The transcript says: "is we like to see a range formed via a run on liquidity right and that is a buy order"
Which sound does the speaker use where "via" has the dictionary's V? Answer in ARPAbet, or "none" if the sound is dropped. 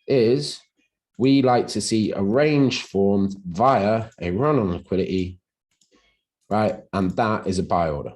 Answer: V